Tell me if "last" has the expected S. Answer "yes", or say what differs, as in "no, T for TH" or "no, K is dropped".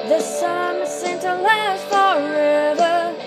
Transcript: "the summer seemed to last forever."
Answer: no, S is dropped